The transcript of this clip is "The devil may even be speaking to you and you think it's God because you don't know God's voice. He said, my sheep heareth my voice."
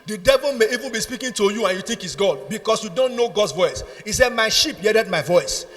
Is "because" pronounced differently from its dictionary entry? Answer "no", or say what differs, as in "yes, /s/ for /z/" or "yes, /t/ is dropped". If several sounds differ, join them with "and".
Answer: yes, /s/ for /z/